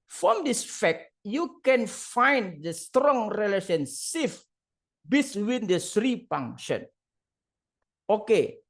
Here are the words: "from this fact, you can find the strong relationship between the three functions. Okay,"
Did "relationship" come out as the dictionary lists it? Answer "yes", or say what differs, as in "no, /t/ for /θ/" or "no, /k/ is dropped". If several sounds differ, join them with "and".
no, /s/ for /ʃ/ and /f/ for /p/